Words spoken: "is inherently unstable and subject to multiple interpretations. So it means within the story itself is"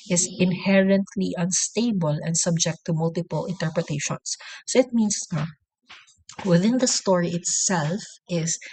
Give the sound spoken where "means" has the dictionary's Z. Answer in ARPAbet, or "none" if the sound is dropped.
S